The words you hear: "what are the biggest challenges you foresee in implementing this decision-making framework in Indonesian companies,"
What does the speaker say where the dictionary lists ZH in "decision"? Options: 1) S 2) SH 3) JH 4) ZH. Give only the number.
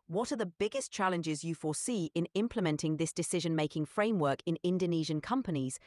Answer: 4